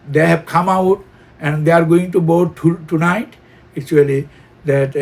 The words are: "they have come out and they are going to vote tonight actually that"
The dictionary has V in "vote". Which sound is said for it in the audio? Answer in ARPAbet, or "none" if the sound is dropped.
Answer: B